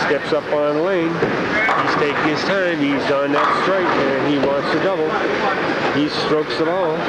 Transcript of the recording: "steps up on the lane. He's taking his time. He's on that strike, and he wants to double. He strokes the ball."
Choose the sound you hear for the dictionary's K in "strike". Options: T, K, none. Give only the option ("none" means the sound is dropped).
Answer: none